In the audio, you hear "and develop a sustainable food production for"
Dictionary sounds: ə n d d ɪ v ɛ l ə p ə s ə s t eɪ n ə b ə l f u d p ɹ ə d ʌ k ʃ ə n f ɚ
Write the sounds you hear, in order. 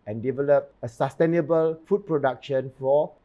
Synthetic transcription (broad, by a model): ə n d d ɪ v ɛ l ə p ə s ə s t eɪ n ə b ə l f u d p ɹ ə d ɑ k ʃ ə n f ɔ